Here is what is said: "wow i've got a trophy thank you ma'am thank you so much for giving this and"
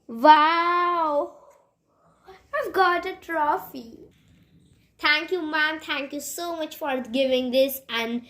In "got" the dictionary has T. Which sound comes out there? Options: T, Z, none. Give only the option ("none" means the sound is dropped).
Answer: T